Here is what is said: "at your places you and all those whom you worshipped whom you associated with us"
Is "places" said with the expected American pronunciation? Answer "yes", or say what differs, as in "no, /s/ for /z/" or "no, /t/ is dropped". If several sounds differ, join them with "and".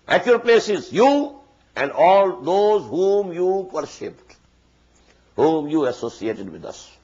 yes